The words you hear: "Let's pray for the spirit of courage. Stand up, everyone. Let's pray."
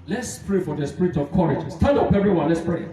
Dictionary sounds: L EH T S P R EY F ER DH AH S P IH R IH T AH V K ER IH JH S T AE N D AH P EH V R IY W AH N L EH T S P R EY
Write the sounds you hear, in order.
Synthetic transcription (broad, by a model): L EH T S P R EY F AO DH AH S P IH R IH T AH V K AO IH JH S T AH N AH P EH V R IY W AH N L EH T S P R EY